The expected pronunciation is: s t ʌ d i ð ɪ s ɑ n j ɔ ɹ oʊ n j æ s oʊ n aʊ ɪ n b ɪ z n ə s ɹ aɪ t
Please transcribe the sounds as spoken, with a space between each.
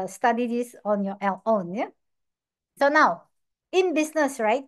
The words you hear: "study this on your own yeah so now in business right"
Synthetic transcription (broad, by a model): s t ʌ d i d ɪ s ɑ n j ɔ l oʊ n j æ s oʊ n aʊ ɪ n b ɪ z n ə s ɹ aɪ t